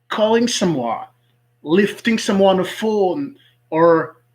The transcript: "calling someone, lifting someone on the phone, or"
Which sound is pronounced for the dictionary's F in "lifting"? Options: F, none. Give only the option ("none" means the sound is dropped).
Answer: F